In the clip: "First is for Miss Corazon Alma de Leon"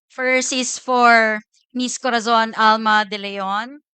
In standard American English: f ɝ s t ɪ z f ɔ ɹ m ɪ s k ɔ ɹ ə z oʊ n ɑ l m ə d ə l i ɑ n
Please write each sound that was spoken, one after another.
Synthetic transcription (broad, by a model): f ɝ s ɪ s f ɔ ɹ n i s k ɔ ɹ ə z oʊ n ɑ l m ə d ə l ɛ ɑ n